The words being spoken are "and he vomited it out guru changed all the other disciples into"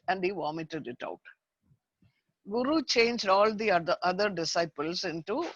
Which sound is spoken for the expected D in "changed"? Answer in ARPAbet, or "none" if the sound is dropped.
D